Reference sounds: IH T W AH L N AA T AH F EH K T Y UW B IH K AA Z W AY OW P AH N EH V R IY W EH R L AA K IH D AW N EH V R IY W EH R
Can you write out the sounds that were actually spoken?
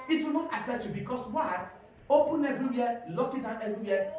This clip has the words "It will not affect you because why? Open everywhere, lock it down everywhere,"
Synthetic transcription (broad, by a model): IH T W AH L N AA T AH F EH T Y UW B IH K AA S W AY OW P AH N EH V R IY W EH L AA K IH D AW N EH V R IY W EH